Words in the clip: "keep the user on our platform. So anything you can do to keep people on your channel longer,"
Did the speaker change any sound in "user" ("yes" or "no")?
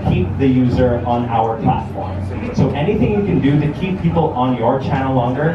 no